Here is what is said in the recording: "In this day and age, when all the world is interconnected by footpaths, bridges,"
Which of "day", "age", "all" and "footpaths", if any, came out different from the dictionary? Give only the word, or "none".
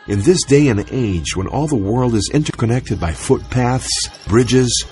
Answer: none